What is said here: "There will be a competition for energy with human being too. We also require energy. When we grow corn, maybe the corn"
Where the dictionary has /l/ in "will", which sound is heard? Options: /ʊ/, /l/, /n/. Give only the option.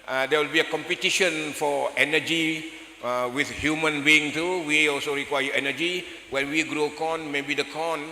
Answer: /l/